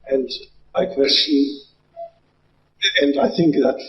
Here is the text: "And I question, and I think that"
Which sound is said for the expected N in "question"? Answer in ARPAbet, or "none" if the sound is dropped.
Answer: none